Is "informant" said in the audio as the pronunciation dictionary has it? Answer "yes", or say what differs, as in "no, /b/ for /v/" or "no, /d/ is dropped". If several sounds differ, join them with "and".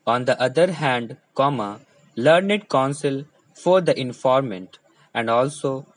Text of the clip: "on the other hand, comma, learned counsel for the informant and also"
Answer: yes